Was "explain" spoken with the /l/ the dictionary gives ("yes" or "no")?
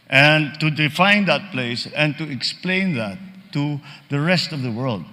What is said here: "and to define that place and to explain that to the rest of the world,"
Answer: yes